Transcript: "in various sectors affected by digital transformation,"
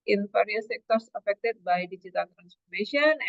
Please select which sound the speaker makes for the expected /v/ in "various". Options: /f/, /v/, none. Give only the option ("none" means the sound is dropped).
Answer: /f/